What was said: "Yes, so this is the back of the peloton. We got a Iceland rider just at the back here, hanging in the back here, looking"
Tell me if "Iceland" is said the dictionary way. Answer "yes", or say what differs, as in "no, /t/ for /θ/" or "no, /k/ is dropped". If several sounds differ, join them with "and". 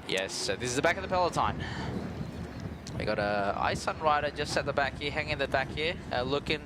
no, /l/ is dropped